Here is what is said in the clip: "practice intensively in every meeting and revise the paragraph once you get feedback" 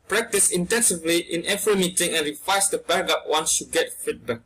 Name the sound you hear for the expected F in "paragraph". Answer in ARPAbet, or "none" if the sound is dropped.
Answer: P